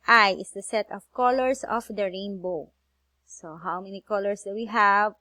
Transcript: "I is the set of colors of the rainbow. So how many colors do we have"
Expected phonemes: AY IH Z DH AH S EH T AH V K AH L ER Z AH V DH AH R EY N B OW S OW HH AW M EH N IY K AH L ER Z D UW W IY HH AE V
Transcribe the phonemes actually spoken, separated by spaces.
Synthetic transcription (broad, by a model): AY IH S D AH S EH T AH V K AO L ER S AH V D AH R EY N B OW S OW HH AW M EH N IY K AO L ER S D UW W IY HH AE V